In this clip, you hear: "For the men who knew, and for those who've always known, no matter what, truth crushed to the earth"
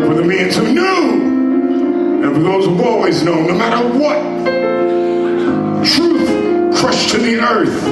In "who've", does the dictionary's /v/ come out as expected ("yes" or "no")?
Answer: no